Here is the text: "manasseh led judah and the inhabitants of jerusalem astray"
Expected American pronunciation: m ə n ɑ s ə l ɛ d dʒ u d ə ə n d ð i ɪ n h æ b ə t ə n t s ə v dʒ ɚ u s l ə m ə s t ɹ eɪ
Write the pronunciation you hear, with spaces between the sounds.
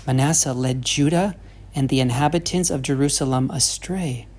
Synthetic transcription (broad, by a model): m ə n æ s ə l ɛ d dʒ u d ə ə n ð i ɪ n h æ b ə t ə n t s ə v dʒ ɚ u s l ə m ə s t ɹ eɪ